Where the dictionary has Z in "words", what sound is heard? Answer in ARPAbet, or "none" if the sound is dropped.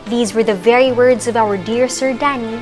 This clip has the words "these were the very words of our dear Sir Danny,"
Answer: Z